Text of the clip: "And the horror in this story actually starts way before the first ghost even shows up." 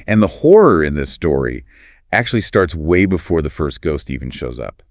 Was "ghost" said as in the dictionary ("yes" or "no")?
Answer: yes